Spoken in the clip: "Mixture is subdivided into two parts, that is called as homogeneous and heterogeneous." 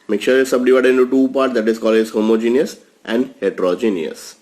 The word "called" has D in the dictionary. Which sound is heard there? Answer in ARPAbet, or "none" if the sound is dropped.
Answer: none